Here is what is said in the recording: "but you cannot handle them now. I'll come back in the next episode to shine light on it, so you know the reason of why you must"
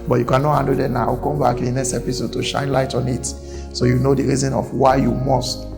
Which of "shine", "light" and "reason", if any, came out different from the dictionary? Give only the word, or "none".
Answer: none